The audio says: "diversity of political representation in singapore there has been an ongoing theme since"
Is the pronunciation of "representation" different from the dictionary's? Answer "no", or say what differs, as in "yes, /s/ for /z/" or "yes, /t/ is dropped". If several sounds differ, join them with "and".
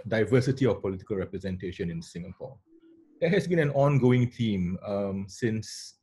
no